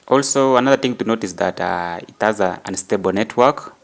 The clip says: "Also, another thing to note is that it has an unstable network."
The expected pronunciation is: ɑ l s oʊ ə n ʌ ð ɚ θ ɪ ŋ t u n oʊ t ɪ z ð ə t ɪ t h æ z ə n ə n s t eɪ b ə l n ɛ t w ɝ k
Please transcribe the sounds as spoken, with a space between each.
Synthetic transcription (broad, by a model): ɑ l s oʊ ə n ʌ ð ɚ θ ɪ ŋ t u n oʊ t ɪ s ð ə t ɪ t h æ z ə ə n s t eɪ b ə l n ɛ t w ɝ k